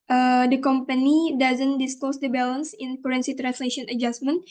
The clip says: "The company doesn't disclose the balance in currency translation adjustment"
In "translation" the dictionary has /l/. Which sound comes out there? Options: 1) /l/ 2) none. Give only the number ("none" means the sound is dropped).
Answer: 1